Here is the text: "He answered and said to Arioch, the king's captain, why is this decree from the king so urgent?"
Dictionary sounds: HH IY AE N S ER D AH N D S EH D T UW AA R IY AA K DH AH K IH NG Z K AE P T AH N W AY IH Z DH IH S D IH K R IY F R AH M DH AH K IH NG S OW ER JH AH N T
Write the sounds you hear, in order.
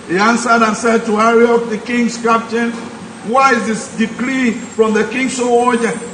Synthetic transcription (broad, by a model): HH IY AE N S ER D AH N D S EH D T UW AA R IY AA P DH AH K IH NG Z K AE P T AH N W AY IH Z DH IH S D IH K L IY F R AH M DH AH K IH NG S OW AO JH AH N